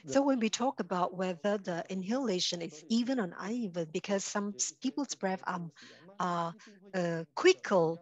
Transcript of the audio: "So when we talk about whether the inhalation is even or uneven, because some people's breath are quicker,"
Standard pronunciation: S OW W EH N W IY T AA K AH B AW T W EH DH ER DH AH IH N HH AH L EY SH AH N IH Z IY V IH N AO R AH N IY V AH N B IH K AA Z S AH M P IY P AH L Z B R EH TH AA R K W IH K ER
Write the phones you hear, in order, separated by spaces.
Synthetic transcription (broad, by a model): S OW W EH N W IY T AA K AH B AW T W EH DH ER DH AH IH N HH AH L EY SH AH N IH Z IY V IH N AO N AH IH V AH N B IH K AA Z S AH M P IY P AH L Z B R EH F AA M K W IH K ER